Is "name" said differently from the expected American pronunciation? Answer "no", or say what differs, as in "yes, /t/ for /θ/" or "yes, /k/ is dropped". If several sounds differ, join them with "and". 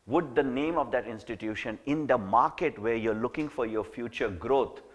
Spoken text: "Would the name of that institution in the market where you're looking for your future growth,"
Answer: no